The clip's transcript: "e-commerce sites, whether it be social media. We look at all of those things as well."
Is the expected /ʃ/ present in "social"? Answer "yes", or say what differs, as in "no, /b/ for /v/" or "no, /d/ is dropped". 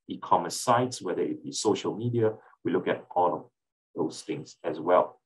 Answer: yes